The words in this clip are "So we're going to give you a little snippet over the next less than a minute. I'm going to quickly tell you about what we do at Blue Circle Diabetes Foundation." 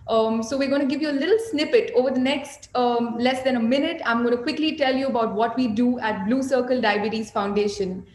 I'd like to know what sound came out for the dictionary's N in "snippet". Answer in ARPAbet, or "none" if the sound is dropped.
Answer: N